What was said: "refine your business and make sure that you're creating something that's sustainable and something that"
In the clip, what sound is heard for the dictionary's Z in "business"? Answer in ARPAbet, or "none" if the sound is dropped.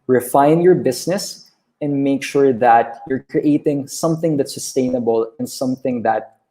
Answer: S